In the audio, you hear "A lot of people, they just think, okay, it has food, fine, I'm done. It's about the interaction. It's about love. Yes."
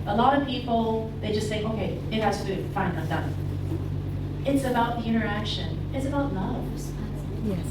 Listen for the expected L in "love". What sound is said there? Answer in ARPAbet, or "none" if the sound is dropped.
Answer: N